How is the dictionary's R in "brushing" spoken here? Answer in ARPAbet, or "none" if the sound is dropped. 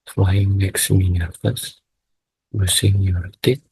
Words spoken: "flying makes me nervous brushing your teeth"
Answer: none